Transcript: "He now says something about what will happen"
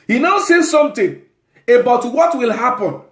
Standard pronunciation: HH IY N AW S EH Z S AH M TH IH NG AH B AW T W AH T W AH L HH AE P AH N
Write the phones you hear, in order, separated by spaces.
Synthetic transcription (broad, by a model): HH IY N AW S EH S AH M T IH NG AH B AW T W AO T W AH L HH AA P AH N